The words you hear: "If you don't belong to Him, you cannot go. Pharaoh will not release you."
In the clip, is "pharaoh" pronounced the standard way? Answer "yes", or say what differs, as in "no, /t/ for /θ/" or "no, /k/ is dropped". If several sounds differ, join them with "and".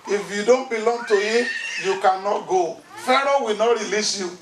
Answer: yes